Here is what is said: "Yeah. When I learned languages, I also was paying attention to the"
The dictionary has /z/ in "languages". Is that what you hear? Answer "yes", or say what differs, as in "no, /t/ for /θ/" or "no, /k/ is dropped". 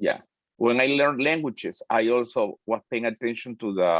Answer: no, /s/ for /z/